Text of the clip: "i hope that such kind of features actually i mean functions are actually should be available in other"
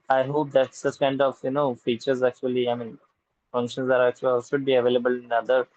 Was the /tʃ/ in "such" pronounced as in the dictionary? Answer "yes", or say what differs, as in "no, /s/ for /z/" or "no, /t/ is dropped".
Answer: no, /s/ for /tʃ/